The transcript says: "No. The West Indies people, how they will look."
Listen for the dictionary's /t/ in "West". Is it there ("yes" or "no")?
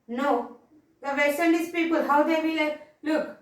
no